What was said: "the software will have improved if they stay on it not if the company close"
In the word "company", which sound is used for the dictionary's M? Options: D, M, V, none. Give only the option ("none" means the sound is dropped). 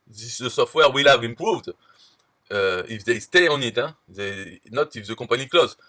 none